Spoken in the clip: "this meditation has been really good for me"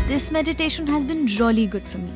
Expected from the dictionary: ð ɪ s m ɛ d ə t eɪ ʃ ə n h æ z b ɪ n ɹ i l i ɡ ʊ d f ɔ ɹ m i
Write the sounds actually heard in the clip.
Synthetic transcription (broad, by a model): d ɪ s m ɛ d ə t eɪ ʃ ə n h æ z b ɪ n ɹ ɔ l i ɡ ʊ d f ɔ ɹ m i